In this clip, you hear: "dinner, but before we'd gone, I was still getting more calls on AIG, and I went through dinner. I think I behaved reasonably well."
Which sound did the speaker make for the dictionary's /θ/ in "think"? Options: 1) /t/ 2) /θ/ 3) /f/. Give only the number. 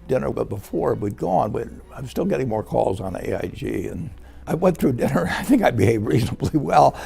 2